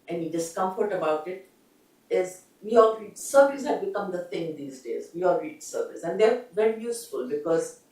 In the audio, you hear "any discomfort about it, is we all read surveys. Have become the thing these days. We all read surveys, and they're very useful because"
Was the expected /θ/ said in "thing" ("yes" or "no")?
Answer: no